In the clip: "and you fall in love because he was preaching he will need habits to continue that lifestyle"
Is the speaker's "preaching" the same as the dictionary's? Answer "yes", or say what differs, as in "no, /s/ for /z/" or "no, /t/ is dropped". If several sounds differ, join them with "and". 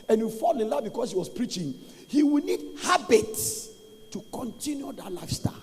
yes